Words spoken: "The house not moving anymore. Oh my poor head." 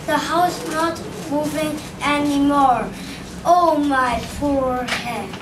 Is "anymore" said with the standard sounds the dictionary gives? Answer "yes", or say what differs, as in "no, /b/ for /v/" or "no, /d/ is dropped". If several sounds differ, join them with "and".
yes